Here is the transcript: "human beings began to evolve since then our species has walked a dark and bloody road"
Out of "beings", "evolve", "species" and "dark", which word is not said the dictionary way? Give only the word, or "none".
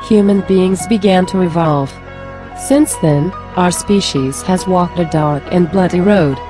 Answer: none